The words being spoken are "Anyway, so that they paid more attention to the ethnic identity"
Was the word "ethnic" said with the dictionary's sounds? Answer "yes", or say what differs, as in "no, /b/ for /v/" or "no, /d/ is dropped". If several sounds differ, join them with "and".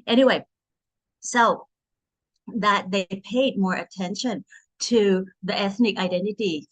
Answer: yes